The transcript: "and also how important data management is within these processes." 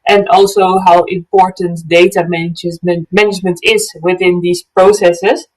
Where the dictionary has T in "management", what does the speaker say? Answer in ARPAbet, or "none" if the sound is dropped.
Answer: T